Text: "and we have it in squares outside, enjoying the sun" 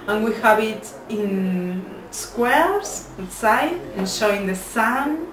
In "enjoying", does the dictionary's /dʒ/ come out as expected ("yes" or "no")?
no